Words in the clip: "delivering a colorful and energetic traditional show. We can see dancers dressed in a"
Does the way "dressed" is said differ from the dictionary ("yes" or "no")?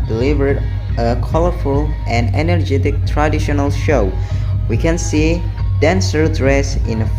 yes